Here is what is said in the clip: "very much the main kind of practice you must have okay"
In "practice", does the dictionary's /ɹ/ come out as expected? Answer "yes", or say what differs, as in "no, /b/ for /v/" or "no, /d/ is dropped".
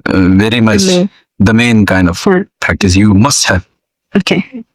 no, /ɹ/ is dropped